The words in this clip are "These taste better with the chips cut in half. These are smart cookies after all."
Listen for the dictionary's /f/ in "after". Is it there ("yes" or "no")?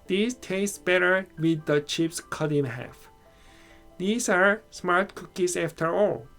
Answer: yes